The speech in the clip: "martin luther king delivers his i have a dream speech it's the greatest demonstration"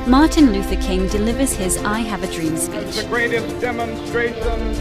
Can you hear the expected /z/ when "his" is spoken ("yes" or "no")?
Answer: yes